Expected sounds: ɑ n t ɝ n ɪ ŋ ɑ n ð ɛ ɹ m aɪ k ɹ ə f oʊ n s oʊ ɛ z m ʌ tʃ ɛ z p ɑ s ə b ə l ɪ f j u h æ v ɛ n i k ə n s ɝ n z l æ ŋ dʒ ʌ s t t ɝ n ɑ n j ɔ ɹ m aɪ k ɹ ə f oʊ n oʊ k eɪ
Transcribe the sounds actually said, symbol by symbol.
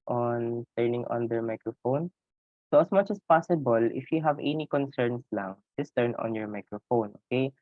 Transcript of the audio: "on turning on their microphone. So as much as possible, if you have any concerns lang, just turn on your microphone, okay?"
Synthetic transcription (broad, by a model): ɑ n t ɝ n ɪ ŋ ɑ n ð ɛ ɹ m aɪ k ɹ ə f oʊ n s oʊ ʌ s m ʌ tʃ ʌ s p ɑ s ə b ə l ɪ f j u h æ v ɛ n i k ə n s ɝ n s l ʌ ŋ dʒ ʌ s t t ɝ n ɑ n j ɔ ɹ m aɪ k ɹ ə f oʊ n oʊ k eɪ